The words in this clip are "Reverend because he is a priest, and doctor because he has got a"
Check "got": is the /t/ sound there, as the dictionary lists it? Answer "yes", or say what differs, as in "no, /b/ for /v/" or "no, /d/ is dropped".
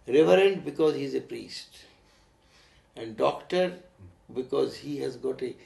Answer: yes